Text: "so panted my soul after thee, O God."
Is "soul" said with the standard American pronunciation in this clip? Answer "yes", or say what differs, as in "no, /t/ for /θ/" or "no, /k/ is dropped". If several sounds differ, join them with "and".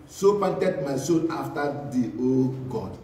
no, /n/ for /l/